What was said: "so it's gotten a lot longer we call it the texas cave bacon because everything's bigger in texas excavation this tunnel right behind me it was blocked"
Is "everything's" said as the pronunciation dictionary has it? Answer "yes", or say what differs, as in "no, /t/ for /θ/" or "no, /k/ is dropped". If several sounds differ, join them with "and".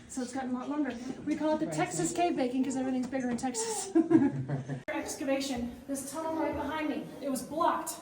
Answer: yes